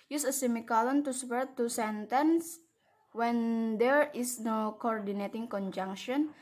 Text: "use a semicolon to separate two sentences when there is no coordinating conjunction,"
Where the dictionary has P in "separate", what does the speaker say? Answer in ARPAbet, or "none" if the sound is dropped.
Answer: none